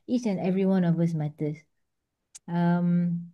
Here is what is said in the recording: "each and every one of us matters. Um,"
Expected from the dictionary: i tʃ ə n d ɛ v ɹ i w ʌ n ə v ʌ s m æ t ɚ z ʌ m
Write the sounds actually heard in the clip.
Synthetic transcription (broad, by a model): i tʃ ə n ɛ v ɹ i w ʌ n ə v ʌ s m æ t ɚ s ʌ m